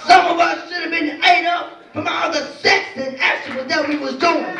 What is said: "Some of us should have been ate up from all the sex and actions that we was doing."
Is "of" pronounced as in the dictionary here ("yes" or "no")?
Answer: yes